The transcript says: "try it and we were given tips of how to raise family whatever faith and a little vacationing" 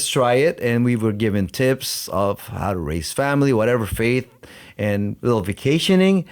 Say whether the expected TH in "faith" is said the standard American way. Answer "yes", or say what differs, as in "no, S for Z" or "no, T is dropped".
yes